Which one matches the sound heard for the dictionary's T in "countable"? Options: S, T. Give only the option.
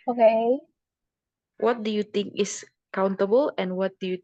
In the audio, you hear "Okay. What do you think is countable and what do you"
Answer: T